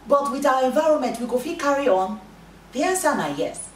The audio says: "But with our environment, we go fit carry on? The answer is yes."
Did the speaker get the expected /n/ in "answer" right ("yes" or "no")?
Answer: no